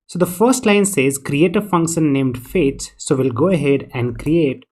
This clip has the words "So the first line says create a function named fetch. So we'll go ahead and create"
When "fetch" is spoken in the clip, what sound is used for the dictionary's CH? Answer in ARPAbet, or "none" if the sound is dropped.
S